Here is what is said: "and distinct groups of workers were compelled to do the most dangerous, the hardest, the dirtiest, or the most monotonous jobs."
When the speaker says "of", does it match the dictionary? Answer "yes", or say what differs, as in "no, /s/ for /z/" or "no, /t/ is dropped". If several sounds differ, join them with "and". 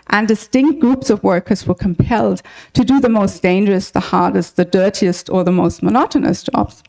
yes